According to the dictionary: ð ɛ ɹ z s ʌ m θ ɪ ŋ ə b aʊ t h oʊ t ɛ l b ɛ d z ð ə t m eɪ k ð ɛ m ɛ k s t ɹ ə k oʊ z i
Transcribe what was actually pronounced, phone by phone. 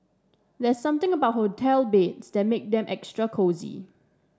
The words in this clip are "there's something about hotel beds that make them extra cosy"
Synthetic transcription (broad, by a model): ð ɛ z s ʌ m t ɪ ŋ ə b aʊ t h oʊ t ɛ l b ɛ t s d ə t m eɪ k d ɛ m ɛ k s t ɹ ə k oʊ z i